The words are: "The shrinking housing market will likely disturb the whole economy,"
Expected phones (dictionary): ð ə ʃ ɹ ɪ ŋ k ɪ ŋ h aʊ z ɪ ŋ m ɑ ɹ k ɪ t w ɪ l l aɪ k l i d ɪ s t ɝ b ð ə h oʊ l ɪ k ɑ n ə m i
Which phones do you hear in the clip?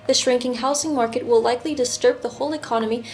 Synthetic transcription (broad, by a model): ð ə ʃ ɹ ɪ ŋ k ɪ ŋ h aʊ s ɪ ŋ m ɑ ɹ k ɪ t w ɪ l l aɪ k l i d ɪ s t ɝ b ð ə h oʊ l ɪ k ɑ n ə m i